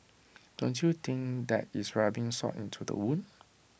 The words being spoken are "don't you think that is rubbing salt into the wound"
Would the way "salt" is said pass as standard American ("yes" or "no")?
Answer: no